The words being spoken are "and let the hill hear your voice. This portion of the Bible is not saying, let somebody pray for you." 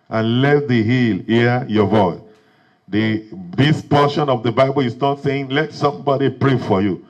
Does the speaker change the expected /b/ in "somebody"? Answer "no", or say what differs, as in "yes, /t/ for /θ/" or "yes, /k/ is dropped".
no